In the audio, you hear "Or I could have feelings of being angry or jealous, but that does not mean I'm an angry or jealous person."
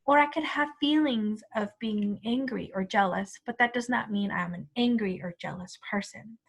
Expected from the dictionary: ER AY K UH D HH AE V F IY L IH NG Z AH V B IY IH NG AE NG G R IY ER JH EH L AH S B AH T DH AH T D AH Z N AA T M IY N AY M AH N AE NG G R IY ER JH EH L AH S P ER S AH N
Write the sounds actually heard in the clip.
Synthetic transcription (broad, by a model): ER AY K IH D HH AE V F IY L IH NG Z AH V B IY IH NG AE NG G R IY ER JH EH L AH S B AH T DH AH T D AH Z N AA T M IY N AY M AH N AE NG G R IY ER JH EH L AH S P ER S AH N